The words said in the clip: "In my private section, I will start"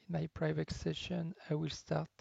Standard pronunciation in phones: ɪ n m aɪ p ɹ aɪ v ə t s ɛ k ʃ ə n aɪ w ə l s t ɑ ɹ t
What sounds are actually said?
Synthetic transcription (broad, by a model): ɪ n m aɪ p ɹ aɪ v ə t s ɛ ʃ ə n aɪ w ə l s t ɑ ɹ t